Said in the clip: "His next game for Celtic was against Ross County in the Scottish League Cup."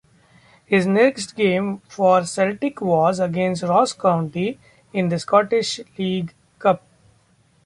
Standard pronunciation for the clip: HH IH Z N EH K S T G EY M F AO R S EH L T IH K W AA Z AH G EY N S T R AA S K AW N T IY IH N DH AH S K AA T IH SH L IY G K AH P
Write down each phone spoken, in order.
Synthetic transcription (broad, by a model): HH IH Z N EH K S T G EY M F AO R S EH L T IH K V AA Z AH G EY N S T R AA S K AW N T IY IH N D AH S K AA T IH SH L IY G K AH P